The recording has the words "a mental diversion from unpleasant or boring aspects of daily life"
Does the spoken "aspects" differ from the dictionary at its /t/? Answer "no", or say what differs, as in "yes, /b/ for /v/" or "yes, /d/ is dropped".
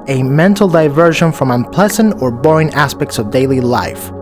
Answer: no